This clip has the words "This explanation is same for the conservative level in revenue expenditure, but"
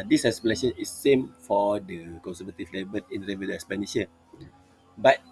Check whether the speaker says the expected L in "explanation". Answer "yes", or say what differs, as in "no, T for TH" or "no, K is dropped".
no, L is dropped